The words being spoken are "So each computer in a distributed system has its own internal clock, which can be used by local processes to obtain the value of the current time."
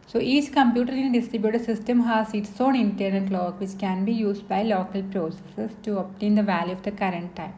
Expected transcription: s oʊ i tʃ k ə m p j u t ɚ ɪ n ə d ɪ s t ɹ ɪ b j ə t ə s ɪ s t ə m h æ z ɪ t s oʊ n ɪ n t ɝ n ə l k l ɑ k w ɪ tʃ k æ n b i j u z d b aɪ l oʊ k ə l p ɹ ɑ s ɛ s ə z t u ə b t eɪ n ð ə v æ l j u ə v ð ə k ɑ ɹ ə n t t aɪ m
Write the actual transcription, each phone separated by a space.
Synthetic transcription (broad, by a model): s oʊ i tʃ k ə m p j u t ɚ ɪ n d ɪ s t ɹ ɪ b j ə t ə s ɪ s t ə m h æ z ɪ t s oʊ n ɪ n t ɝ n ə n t l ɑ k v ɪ tʃ k æ n b i j u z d b aɪ l oʊ k ə l p ɹ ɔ s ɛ s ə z t u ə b t eɪ n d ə v æ l j u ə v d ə k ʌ ɹ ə n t t aɪ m